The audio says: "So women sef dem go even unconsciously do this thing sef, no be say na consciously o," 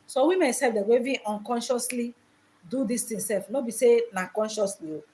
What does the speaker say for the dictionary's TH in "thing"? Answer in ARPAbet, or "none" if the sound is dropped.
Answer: T